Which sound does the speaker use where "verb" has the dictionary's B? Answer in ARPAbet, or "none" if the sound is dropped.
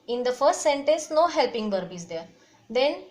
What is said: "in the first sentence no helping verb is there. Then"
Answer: B